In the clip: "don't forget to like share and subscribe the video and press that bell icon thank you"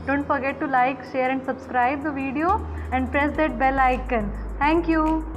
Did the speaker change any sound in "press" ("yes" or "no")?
no